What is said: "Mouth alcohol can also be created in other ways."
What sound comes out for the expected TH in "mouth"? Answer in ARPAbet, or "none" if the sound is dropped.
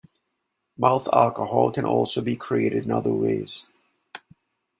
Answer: TH